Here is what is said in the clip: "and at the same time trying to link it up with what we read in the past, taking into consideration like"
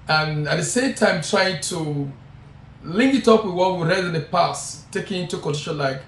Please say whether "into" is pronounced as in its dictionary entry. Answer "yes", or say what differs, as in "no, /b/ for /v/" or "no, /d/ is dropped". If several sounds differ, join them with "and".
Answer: yes